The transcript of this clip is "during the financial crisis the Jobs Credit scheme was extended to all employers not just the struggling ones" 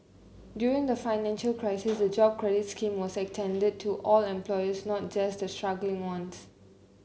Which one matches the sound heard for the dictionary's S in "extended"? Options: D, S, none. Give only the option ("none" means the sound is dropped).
none